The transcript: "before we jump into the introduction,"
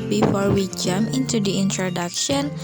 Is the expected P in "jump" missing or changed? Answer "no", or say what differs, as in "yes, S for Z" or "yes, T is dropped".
yes, P is dropped